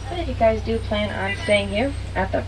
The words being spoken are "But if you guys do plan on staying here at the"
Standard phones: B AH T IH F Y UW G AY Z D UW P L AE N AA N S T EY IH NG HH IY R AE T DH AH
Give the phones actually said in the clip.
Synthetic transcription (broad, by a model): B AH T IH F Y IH G AY Z D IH P L AE N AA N S T EY IH NG HH IY R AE T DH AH